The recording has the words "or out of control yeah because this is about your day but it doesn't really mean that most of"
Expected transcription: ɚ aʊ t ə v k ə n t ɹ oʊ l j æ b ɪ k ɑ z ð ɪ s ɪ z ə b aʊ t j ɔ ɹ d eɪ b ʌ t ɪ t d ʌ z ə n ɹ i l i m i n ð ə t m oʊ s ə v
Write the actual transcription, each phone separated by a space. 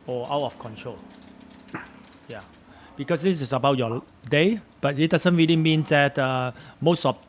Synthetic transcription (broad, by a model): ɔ aʊ t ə f k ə n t ɹ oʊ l j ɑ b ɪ k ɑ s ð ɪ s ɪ s ə b aʊ t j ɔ d eɪ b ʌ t ɪ t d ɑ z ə n ɹ i l i m i n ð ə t m oʊ s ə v